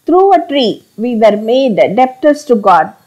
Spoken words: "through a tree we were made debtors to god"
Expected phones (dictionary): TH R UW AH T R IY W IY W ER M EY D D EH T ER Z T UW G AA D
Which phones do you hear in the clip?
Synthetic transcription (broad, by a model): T R UW AH T R IY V IY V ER M EY D D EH T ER S T UW G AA D